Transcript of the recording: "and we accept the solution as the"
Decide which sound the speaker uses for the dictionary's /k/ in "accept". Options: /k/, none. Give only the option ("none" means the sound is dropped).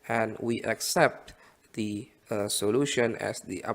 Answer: /k/